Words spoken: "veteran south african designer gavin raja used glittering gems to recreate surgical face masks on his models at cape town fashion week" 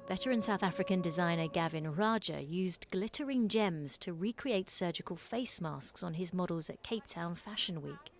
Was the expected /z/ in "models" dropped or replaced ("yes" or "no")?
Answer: no